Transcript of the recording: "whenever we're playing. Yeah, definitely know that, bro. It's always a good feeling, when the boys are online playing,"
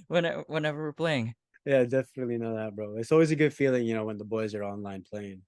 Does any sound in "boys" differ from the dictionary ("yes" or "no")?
no